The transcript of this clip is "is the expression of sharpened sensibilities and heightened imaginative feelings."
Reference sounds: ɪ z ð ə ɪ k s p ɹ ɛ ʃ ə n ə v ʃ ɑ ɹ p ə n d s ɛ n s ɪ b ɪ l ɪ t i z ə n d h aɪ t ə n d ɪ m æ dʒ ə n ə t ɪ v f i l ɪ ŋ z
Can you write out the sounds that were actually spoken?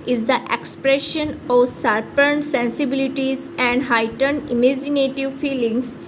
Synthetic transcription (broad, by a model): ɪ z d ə ɪ k s p ɹ ɛ ʃ ə n ə v s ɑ ɹ p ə n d s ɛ n s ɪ b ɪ l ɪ t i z ə n d h aɪ t ə n d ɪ m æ dʒ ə n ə t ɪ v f i l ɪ ŋ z